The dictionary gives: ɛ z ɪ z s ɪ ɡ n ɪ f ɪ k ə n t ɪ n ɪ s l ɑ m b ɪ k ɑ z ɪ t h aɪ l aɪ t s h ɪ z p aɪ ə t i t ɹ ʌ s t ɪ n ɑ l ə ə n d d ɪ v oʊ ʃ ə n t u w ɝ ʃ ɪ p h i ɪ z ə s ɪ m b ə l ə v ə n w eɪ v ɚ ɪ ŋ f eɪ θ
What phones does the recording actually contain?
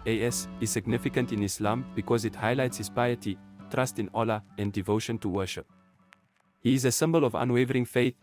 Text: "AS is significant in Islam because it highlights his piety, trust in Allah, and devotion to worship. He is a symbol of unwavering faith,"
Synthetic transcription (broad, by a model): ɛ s ɪ z s ɪ ɡ n ɪ f ɪ k ə n t ɪ n ɪ s l ɑ m b ɪ k ɑ z ɪ t h aɪ l aɪ t s h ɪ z p aɪ ə t i t ɹ ʌ s t ɪ n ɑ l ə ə n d d ɪ v oʊ ʃ ə n t u w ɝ ʃ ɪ p h i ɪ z ə s ɪ m b ə l ə v ə n w eɪ v ɚ ɪ ŋ f eɪ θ